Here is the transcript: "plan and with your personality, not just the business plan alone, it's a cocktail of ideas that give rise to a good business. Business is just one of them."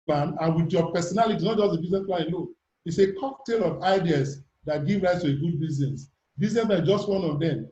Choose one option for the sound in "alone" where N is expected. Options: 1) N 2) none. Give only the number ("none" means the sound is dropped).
2